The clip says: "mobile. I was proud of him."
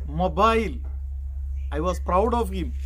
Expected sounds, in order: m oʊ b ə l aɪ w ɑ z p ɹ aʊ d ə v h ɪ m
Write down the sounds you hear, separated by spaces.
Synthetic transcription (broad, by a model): m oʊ b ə l aɪ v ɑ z p ɹ aʊ d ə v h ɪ m